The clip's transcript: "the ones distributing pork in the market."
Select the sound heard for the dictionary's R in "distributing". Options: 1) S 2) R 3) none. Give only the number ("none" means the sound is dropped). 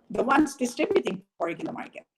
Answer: 3